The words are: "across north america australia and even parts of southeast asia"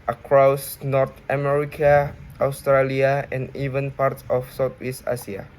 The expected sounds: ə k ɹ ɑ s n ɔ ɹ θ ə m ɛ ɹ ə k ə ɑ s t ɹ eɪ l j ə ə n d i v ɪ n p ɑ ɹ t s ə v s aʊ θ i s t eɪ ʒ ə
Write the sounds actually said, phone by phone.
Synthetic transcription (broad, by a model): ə k ɹ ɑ s n ɔ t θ ə m ɛ ɹ ə k ə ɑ s t ɹ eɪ l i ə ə n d i v ɪ n p ɑ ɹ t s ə f s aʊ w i s t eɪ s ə